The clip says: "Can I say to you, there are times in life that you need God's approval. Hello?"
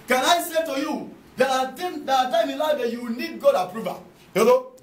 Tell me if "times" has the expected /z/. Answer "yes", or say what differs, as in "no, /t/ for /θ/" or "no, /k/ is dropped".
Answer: no, /z/ is dropped